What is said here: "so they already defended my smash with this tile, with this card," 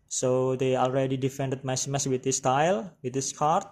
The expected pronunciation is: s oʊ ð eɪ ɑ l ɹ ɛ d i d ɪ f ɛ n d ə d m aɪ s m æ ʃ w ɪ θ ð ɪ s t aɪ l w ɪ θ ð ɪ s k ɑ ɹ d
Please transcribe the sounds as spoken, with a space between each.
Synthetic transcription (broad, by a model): s oʊ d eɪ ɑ l ɹ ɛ d i d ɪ f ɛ n d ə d m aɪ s m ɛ s w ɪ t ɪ s t aɪ l w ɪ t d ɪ s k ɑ ɹ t